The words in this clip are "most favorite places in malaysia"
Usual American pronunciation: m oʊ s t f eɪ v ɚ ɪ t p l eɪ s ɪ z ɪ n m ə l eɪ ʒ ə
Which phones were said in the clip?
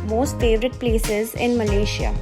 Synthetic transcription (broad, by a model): m oʊ s t f eɪ v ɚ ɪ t p l eɪ s ɪ z ɪ n m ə l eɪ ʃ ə